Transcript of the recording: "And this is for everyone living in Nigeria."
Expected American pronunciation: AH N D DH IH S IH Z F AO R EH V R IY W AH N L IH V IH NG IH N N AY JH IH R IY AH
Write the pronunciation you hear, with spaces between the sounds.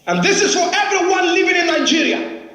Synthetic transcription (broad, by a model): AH N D DH IH S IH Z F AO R EH V R IY W AH N L IH V IH NG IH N N AY JH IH R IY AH